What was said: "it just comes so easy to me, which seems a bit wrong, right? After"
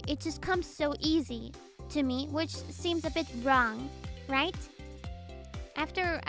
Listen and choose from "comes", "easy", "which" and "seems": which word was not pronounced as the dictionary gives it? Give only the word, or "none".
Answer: none